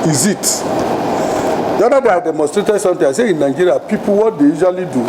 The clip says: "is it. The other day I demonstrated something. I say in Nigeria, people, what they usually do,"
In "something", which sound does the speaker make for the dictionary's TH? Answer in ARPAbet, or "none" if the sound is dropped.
T